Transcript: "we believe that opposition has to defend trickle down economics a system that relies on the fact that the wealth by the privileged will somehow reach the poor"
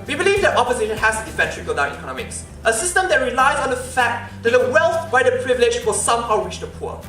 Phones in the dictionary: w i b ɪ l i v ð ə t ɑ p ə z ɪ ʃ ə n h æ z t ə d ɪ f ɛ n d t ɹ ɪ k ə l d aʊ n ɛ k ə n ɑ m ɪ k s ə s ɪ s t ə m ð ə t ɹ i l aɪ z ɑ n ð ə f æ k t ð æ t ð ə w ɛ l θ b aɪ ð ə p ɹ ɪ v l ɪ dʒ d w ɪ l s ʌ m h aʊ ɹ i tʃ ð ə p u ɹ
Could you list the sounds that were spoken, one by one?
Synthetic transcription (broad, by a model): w i b ɪ l i v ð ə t ɑ p ə z ɪ ʃ ə n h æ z t ə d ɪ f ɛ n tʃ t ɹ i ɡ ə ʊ d aʊ n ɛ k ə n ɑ m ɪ k s ə s ɪ s t ə m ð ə t ɹ i l aɪ z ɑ n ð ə f æ k t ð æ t ð ə w ɛ l θ b aɪ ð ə p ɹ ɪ v l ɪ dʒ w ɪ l s ʌ m h aʊ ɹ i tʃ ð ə p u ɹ